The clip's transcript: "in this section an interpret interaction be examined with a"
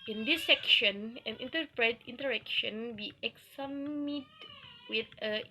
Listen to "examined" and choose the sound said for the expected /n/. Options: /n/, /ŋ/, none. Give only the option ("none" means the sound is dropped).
none